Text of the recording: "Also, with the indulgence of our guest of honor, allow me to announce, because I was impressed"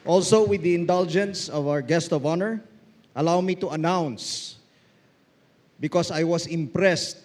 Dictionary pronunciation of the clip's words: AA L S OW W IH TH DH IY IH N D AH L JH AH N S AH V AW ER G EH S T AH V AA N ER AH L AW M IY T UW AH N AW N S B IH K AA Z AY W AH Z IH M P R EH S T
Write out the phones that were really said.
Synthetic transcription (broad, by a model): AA L S OW W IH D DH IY IH N D AH L JH AH N S AH V AW ER G EH S T AH V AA N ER AH L AW M IY T UW AH N AW N S B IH K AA S AY W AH S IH M P R EH S T